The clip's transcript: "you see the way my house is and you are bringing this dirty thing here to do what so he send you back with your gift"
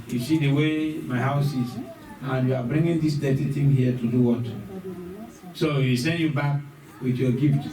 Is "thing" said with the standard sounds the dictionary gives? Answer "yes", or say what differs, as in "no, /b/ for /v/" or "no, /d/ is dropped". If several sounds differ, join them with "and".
no, /t/ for /θ/